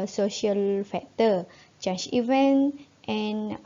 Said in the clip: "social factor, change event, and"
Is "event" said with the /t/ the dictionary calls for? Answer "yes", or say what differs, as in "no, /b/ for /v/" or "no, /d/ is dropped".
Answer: yes